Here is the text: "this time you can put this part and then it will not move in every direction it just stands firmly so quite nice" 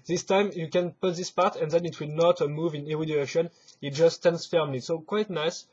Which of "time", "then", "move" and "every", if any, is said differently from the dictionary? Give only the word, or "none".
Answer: every